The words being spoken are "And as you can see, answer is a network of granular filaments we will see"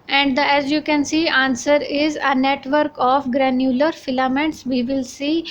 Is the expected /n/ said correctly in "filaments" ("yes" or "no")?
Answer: yes